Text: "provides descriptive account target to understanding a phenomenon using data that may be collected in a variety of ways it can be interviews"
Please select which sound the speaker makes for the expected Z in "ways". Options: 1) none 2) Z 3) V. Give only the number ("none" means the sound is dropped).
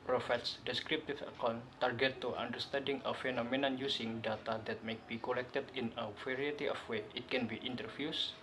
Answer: 1